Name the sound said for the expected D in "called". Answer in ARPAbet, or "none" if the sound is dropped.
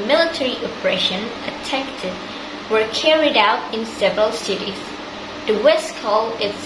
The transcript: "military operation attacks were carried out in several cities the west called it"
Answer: none